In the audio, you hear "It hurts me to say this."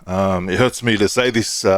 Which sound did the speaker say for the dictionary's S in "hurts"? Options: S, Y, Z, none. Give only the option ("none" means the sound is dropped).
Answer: S